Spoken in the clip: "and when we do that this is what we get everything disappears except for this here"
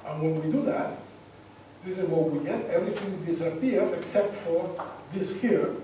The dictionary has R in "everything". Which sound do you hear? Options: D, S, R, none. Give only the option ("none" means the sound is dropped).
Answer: R